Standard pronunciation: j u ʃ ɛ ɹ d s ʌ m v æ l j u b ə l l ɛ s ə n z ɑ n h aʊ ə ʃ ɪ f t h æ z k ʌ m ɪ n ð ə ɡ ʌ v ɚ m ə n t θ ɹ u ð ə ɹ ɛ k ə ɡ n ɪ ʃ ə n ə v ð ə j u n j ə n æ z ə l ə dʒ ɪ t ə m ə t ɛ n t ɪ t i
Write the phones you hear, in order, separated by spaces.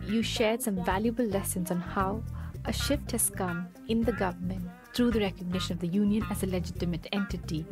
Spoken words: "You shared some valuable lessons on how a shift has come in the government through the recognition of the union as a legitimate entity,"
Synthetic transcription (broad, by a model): j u ʃ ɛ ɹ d s ʌ m v æ l j u b ə l l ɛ s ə n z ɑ n h aʊ ə ʃ ɪ f t h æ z k ʌ m ɪ n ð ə ɡ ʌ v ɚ m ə n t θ ɹ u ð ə ɹ ɛ k ə ɡ n ɪ ʃ ə n ə v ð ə j u n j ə n æ z ə l ə dʒ ɪ t ə m ə t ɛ n t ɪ t i